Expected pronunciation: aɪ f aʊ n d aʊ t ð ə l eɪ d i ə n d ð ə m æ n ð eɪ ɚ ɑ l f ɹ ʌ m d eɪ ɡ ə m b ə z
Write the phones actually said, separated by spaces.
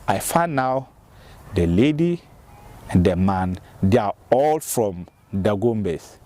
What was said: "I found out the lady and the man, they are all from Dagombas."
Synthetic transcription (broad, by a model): aɪ f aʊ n aʊ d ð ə l eɪ d i ə n d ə m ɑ n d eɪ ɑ ɑ l f ɹ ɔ m d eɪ ɡ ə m b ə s